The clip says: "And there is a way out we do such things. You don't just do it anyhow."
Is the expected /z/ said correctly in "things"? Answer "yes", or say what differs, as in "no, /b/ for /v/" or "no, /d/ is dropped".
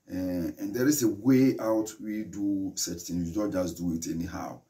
no, /z/ is dropped